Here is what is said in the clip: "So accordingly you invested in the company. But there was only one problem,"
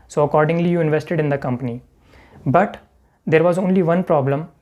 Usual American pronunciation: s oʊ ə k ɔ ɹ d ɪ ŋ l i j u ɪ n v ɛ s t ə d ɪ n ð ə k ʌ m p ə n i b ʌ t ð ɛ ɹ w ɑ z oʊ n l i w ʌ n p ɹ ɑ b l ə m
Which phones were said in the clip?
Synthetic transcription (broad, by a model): s oʊ ə k ɔ ɹ d ɪ ŋ l i j u ɪ n v ɛ s t ə d ɪ n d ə k ʌ m p ə n i b ʌ t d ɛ ɹ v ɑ z oʊ n l i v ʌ n p ɹ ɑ b l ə m